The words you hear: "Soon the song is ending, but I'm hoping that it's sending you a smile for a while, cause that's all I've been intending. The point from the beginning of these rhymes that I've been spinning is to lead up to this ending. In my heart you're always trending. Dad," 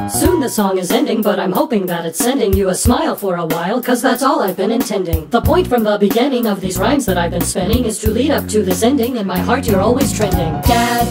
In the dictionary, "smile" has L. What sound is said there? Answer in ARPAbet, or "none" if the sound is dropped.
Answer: L